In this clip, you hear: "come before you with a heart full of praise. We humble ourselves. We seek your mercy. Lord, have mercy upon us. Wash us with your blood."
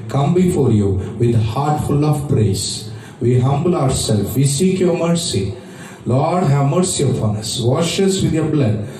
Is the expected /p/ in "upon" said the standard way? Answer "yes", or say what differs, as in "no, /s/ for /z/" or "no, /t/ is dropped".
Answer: no, /f/ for /p/